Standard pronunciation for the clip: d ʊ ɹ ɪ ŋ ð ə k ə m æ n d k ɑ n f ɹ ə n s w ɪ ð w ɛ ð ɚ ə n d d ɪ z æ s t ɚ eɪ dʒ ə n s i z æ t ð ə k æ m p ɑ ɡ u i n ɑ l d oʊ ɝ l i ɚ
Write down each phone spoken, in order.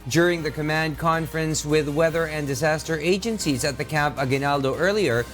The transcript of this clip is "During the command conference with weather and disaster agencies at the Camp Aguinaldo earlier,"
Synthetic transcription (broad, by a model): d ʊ ɹ ɪ ŋ ð ə k ə m æ n d k ɑ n f ɹ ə n s w ɪ ð w ɛ ð ɚ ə n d d ɪ z æ s t ɚ eɪ dʒ ə n s i z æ t ð ə k æ m p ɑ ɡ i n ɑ l d oʊ ɝ l i ɚ